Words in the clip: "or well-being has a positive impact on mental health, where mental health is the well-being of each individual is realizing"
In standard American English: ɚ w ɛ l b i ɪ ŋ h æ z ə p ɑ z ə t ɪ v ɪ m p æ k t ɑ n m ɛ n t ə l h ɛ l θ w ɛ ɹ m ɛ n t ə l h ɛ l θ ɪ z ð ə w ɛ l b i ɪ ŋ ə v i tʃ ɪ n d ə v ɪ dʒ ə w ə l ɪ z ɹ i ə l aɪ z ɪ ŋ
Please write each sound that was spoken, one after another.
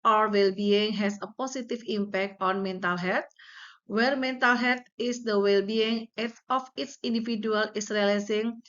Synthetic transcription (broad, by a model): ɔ w ɛ l b i ɪ ŋ h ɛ s ə p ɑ s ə t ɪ f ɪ m p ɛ k t ɑ n m ɛ n t ə l h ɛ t w ɛ ɹ m ɛ n t ə l h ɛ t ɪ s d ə w ɛ l b i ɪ ŋ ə f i s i n d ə f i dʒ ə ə l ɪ s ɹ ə l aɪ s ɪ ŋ